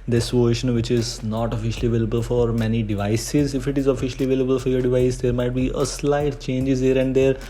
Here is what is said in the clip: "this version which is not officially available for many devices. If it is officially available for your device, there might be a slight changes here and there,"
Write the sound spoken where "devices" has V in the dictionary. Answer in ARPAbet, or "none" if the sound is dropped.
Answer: V